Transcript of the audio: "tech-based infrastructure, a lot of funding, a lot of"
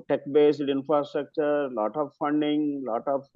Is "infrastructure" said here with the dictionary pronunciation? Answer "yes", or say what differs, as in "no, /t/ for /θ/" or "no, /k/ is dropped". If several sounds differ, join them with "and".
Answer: yes